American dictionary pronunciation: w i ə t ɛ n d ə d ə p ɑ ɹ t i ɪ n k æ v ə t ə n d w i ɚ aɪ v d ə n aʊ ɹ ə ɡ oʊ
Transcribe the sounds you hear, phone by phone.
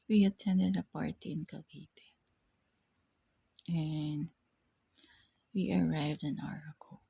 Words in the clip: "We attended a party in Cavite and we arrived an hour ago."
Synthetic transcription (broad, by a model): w i ə t ɛ n d ə d ə p ɑ ɹ t i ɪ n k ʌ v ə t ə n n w i ɚ aɪ v d ə n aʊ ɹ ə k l